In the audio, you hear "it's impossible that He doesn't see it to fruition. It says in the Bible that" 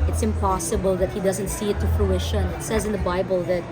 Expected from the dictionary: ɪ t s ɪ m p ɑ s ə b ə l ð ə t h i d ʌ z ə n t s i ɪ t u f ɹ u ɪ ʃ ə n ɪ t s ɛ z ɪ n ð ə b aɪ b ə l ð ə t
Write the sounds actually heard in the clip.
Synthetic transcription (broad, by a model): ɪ t s ɪ m p ɑ s ə b ə l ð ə t h i d ʌ z ə n t s i ɪ t u f l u ɪ ʃ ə n ɪ t s ɛ z ɪ n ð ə b aɪ b ə l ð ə t